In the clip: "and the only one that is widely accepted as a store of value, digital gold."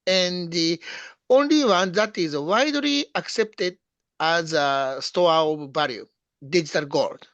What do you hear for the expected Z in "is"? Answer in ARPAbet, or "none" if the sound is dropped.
Z